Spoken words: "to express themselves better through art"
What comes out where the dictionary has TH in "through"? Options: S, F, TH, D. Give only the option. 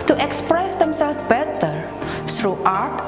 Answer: S